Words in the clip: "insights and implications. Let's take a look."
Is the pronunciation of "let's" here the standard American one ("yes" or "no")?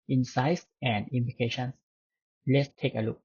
yes